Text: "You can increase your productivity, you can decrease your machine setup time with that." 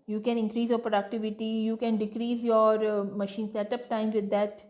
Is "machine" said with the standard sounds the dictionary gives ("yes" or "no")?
yes